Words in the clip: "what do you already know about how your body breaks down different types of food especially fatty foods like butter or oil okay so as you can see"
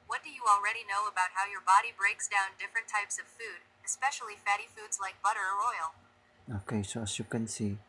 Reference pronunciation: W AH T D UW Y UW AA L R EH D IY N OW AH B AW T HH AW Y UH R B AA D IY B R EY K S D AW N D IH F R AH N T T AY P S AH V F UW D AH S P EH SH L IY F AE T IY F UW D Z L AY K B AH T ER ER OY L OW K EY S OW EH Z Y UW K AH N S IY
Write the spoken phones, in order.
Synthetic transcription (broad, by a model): W AH T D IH Y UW AA L R EH D IY N OW AH B AW T HH AW Y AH R B AA D IY B R EY K S D AW N D IH F R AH N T T AY P S AH V F UW D AH S P EH SH L IY F AE T IY F UW D Z L AY K B AH T ER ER OY L OW K EY S OW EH S Y UW K AH N S IY